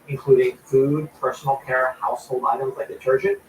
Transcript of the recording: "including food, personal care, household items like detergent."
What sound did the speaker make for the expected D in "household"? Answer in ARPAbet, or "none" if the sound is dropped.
none